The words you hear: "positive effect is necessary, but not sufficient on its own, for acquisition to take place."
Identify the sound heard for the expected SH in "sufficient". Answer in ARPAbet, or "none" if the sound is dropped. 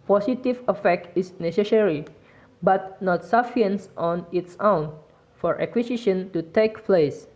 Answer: none